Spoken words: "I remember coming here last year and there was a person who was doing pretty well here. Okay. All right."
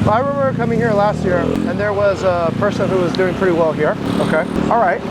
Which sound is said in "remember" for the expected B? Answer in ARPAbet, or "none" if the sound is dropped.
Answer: none